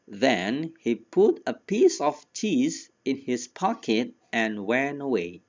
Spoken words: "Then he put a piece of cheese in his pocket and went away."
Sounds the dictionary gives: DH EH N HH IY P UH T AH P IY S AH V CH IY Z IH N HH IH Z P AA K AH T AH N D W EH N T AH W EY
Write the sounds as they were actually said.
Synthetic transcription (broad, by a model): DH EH N HH IY P UH T AH P IY S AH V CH IY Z IH N HH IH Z P AA K AH T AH N W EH N AH W EY